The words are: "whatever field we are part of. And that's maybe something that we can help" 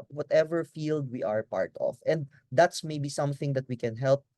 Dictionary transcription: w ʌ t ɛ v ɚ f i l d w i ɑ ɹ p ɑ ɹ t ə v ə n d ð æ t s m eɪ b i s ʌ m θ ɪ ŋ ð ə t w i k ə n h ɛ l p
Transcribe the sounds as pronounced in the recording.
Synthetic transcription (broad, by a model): w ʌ t ɛ v ɚ f i l d w i ɑ ɹ p ɑ ɹ t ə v ə n d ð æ t s m eɪ b i s ʌ m θ ɪ ŋ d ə t w i k ə n h ɛ l p